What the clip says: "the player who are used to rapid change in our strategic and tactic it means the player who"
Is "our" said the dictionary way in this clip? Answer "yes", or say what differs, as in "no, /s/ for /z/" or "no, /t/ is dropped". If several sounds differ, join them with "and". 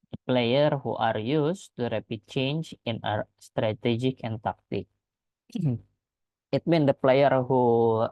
yes